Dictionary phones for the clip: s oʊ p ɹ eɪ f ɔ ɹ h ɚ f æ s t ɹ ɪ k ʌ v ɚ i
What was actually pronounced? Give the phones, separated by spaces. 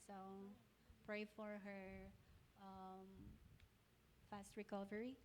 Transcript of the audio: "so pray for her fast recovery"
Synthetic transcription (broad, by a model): s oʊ p ɹ eɪ f ɔ ɹ h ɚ f æ s t ɹ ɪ k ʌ v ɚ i